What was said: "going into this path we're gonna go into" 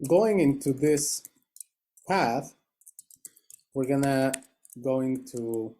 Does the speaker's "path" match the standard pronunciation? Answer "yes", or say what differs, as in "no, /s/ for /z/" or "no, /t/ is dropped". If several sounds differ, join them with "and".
yes